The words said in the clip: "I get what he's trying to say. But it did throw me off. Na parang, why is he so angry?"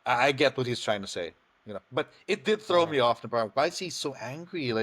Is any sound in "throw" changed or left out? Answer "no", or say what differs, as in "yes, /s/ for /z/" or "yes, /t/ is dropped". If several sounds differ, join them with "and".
no